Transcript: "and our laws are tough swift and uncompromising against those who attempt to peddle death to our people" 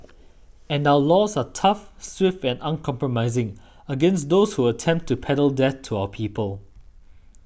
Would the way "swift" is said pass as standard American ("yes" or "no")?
yes